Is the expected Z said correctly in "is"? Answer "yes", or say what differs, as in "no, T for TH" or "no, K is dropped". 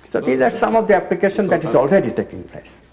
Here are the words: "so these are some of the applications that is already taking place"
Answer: yes